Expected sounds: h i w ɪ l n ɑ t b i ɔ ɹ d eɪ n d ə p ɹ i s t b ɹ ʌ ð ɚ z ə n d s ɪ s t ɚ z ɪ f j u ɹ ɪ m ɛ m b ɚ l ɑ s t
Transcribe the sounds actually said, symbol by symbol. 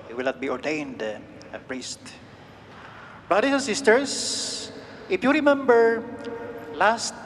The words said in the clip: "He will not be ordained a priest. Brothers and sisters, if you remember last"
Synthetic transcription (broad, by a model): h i w ɪ l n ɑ t b i ɔ ɹ d eɪ n d ə p ɹ i s t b ɹ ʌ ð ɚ s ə n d s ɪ s t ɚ s ɪ f j u ɹ ɪ m ɛ m b ɚ l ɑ s t